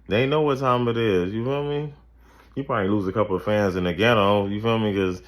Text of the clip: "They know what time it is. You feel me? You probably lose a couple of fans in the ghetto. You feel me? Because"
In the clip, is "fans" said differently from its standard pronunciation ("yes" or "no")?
no